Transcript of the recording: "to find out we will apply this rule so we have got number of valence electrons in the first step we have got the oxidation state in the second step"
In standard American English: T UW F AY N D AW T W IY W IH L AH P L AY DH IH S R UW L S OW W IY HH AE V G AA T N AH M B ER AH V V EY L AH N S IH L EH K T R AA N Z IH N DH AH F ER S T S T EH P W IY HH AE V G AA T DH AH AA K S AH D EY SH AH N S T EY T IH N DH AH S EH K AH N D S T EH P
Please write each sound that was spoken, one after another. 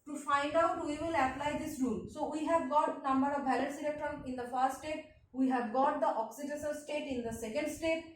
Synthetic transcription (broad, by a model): T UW F AY N D AW T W IY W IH L AH P L AY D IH S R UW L S OW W IY HH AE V G AA T N AH M B ER AH V B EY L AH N S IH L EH K T R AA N IH N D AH F ER S T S T EH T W IY HH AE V G AA T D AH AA K S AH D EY S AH L S T EY T IH N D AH S EH K AH N D S T EH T